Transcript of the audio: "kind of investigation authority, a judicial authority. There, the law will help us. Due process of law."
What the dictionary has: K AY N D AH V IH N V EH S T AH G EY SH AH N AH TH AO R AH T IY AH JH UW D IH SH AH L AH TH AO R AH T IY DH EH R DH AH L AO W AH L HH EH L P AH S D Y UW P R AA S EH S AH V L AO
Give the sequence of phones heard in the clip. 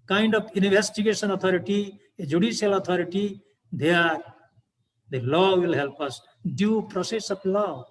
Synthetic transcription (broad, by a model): K AY N D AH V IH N B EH S T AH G EY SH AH N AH T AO R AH T IY AH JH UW D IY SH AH L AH T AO R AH T IY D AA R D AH L AO W AH L HH EH L P AH S D Y UW P R AA S EH S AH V L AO